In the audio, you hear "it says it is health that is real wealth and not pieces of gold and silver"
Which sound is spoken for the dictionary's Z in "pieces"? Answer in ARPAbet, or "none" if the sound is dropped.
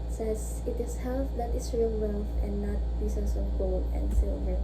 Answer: S